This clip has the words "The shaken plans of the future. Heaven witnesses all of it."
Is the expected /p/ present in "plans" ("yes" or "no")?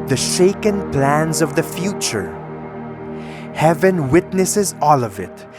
yes